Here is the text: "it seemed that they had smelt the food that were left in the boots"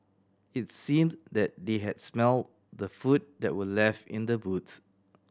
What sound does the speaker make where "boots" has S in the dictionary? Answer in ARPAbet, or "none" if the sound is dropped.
none